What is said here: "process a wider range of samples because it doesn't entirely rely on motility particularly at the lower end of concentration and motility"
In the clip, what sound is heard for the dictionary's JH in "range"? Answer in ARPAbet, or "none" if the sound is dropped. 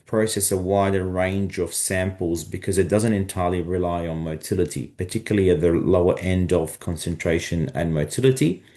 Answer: JH